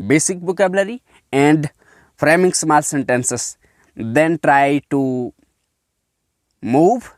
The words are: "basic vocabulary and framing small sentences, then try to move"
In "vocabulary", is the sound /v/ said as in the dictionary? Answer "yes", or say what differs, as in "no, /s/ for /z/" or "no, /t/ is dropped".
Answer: no, /b/ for /v/